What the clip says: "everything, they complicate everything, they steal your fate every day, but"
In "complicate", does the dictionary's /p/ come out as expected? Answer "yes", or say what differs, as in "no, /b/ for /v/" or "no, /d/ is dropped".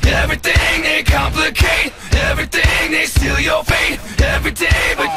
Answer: yes